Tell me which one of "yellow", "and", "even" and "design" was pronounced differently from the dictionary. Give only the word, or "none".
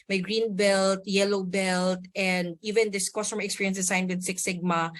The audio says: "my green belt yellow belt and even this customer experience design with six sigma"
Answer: design